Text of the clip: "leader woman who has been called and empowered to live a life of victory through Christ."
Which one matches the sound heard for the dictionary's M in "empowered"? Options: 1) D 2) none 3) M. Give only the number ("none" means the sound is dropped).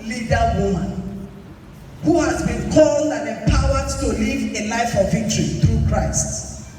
2